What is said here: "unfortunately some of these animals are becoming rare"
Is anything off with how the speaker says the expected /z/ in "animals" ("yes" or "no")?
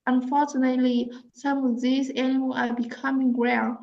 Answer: yes